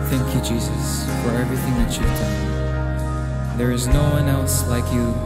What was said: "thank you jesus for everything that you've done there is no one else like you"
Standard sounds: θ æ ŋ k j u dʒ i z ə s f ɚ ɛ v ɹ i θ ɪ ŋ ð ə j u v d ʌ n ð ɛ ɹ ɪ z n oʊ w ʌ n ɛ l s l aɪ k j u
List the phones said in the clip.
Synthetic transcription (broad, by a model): θ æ ŋ k j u dʒ i z ə s f ɚ ɛ v ɹ i θ ɪ ŋ ð ə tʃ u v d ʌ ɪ ð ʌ ɹ ɪ z n oʊ w ʌ n ɛ l s l aɪ k j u